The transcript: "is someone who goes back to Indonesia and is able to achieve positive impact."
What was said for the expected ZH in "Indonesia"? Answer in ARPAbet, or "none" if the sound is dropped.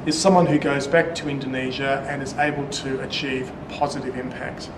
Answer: ZH